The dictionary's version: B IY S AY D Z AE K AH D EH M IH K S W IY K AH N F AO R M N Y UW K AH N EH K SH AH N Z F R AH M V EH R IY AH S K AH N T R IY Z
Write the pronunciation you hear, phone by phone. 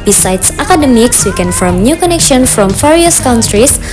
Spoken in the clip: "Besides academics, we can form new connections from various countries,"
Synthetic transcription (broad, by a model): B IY S AY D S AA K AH D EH M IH K S W IY K AH N F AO M N Y UW K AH N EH K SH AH N F R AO M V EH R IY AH S K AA N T R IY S